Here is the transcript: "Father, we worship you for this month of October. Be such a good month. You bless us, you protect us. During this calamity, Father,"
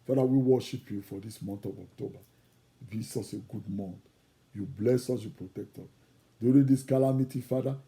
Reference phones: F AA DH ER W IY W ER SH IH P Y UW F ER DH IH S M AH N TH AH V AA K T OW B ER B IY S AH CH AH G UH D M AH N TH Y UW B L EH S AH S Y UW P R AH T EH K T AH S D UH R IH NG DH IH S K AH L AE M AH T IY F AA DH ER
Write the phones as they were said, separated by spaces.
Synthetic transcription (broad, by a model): F AA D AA W IY W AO SH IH P Y UW F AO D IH S M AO N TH AH V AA K T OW B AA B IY S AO S AH G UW D M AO N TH Y UW B L EH S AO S Y UW P R AH T EH K T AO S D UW R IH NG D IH S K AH L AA M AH T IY F AA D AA